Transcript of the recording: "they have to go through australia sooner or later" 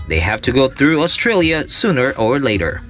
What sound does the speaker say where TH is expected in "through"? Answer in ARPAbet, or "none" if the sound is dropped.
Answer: TH